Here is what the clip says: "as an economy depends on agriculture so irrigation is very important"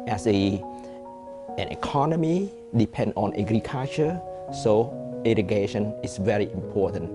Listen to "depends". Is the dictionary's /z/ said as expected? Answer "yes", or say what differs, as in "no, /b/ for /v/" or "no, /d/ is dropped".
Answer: no, /z/ is dropped